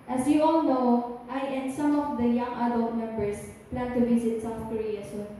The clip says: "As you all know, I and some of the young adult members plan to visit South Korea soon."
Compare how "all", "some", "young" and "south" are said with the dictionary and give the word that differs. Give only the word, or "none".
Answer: none